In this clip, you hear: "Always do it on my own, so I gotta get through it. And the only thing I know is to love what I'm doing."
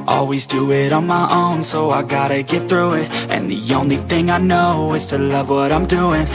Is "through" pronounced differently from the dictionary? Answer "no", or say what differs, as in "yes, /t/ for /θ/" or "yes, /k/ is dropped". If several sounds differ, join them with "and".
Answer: no